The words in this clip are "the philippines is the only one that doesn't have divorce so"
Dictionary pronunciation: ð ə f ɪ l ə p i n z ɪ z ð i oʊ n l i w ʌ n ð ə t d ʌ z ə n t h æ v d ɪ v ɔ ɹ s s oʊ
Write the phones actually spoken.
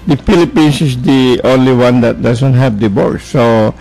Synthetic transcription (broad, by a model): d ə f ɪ l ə p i n s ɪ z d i oʊ n l i w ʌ n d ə t d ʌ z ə n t h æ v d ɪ b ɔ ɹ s s oʊ